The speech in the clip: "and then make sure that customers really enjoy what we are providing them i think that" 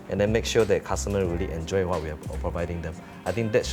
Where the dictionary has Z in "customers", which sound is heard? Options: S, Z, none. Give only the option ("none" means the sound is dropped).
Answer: none